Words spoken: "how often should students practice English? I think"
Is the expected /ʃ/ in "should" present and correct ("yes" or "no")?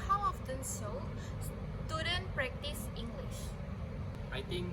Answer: no